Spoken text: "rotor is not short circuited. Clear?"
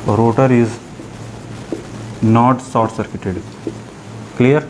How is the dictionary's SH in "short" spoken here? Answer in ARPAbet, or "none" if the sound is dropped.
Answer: S